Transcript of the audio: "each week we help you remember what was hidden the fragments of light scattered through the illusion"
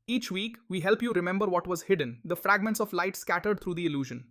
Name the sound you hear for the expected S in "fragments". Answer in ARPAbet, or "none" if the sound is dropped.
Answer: S